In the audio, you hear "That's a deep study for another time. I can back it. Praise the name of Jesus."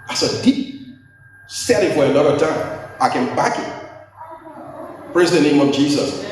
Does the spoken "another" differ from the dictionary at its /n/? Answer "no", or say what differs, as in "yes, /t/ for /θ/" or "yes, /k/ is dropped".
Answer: yes, /l/ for /n/